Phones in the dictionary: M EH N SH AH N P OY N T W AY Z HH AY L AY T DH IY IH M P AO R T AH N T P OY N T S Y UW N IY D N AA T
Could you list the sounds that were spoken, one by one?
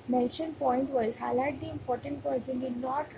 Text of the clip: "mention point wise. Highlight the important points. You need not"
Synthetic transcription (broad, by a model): M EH N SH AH N P OY N T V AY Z HH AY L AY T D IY IH M P AO R T AH N T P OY T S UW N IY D N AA T